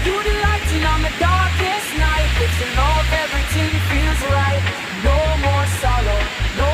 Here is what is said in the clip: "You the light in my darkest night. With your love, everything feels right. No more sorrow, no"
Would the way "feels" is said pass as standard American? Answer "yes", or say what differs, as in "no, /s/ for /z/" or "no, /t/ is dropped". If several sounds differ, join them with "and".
yes